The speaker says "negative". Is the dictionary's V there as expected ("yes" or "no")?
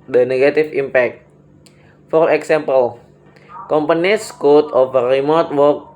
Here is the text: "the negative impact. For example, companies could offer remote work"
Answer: no